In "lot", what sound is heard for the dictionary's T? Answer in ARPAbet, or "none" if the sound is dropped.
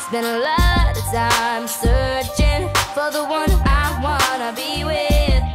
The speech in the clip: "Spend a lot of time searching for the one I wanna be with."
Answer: none